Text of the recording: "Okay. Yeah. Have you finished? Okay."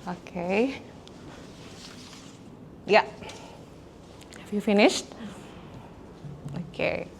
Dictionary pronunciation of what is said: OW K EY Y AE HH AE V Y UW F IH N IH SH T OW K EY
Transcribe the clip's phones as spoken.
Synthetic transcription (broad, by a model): OW K EY Y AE HH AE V Y UW F IH N IH SH T OW K EY